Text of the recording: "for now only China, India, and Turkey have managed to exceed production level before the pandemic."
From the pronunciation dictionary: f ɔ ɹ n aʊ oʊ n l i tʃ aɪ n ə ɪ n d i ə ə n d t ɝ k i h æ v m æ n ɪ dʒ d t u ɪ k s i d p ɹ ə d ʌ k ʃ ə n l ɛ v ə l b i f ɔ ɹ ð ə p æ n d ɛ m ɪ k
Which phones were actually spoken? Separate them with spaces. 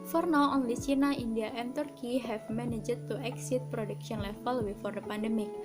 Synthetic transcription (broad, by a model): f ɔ ɹ n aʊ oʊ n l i s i n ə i n d i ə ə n t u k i h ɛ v m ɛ n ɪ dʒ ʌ t u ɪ k s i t p ɹ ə d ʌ k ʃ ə n l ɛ f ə l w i f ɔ ɹ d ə p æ n d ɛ m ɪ k